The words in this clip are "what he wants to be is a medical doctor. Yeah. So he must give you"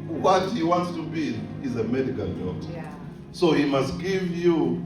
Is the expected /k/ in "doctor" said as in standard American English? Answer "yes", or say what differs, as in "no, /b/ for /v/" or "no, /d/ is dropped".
no, /k/ is dropped